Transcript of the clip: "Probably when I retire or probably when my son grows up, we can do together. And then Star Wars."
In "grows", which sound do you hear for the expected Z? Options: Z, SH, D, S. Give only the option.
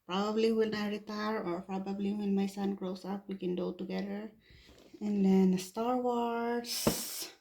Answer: S